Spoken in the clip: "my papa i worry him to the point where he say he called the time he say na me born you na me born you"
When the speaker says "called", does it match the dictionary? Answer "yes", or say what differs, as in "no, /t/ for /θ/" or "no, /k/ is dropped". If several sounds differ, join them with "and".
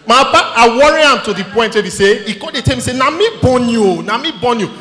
no, /l/ is dropped